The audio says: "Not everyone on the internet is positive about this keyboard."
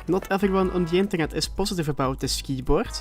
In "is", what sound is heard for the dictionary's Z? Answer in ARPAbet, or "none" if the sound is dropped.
S